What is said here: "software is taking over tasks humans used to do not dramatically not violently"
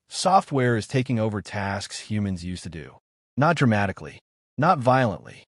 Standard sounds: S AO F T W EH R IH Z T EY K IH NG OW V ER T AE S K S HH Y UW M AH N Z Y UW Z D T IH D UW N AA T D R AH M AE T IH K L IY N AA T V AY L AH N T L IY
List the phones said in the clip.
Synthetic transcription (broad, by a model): S AO F T W EH R IH Z T EY K IH NG OW V ER T AE S K S HH Y UW M AH N Z Y UW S T IH D UW N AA T D R AH M AE T IH K L IY N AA T V AY L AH N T L IY